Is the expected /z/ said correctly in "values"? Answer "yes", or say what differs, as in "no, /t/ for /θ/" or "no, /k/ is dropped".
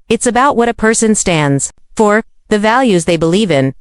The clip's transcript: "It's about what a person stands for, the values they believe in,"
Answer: yes